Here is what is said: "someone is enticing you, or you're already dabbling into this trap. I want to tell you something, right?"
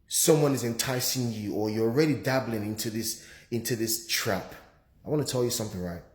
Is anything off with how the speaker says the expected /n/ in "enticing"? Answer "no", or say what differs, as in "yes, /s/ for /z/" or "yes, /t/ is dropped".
no